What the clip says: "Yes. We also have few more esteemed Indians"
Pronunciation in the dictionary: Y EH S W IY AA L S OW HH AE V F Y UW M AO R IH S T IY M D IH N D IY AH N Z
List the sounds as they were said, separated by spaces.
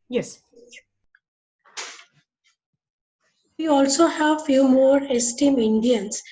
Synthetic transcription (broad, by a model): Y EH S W IY AA L S OW HH AE V F Y UW M AO R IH S T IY M IH N D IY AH N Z